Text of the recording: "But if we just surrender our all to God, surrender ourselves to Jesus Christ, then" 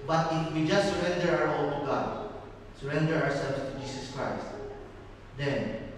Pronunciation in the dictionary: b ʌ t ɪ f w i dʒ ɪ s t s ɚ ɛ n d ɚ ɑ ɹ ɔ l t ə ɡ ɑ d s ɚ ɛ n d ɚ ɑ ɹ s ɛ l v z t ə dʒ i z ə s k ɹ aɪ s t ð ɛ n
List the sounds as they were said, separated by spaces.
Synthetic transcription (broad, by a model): b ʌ t ɪ f w i dʒ ɪ s t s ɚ ɛ n d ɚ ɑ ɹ ɔ l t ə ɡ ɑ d s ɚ ɛ n d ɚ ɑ ɹ s ɛ l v s t ə dʒ i s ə s k ɹ aɪ s t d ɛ n